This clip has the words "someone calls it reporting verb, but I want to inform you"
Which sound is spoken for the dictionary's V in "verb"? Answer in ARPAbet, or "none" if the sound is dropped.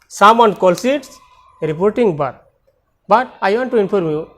B